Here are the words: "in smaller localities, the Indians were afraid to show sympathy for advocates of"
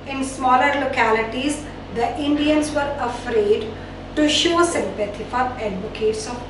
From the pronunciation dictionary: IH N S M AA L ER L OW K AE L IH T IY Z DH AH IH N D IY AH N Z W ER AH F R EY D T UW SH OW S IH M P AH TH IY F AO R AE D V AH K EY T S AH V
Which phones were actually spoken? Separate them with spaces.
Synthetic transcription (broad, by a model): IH N S M AA L ER L OW K AE L IH T IY Z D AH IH N D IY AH N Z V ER AH F R EY D T UW SH OW S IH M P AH T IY F AO R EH D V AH K EY T S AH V